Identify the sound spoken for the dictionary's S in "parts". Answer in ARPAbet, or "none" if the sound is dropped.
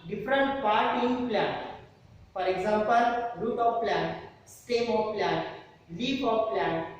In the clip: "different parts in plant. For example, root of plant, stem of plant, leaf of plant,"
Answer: none